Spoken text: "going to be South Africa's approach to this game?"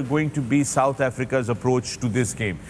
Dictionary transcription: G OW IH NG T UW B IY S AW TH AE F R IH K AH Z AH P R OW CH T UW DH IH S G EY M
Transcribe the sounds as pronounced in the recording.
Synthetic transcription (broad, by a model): G OW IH NG T UW B IY S AW T AE F R IH K AH Z AH P R OW CH T UW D IH S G EY M